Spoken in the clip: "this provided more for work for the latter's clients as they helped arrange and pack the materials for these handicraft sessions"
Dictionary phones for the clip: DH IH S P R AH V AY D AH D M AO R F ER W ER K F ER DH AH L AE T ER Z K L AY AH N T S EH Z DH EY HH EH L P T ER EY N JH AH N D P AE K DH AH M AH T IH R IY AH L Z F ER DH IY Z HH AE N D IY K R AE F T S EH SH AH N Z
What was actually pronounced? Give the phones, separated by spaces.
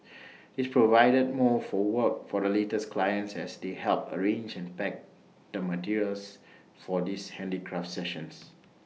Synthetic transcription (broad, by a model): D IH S P R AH V AY D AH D M AO F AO W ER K F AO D AH L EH T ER S K L AY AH N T S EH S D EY HH EH L P ER EY N JH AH N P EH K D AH M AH T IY R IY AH L S F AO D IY S HH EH N D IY K R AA F T S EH SH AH N S